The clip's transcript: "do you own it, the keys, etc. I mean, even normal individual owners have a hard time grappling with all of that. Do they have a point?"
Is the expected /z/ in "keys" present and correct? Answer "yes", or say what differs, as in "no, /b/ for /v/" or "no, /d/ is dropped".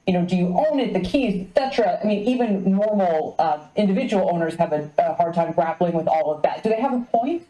yes